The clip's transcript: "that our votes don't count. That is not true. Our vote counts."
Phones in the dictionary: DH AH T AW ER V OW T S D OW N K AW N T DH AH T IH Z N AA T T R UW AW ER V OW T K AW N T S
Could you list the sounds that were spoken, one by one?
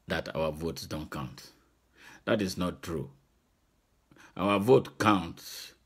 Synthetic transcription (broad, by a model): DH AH T AW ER V OW T S D OW N K AW N T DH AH T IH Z N AA T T R UW AW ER V OW T K AW N T S